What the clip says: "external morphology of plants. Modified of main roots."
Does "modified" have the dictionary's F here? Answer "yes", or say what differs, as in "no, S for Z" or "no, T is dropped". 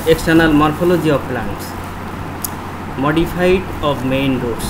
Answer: no, P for F